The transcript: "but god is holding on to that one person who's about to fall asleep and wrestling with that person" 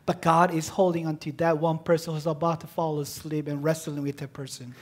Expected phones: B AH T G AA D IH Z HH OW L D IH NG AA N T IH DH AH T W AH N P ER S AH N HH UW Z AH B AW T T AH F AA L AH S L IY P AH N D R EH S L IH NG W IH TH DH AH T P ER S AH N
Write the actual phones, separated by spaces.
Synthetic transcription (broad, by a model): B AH T G AA D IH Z HH OW L D IH NG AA N T IH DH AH T W AH N P ER S AH N HH UW Z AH B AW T T AH F AA L AH S L IY P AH N R EH S L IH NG W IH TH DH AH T P ER S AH N